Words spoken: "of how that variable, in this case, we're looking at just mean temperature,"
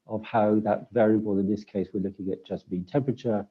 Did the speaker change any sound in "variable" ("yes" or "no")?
no